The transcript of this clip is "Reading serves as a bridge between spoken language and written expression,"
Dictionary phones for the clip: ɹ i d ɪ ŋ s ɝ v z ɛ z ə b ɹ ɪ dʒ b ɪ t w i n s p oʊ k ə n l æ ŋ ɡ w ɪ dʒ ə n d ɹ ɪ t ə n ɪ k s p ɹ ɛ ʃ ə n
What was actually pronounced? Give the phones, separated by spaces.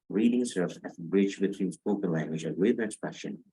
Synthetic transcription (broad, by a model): ɹ i d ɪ ŋ s ɝ v z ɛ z ə b ɹ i tʃ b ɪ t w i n s p oʊ k ə n l æ ŋ ɡ w ɪ dʒ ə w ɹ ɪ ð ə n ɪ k s p ɹ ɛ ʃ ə n